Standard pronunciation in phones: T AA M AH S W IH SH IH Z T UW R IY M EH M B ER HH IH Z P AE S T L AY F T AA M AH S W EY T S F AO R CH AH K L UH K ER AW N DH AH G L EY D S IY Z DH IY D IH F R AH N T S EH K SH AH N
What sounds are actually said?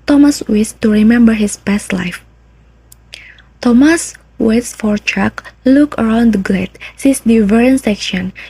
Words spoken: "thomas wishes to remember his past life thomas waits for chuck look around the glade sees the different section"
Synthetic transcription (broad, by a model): T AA M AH S W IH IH S T UW R IY M EH M B ER HH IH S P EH S T L AY F T AA M AH S W EY T S F AO R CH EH K L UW K ER AW N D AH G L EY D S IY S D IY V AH R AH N S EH K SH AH N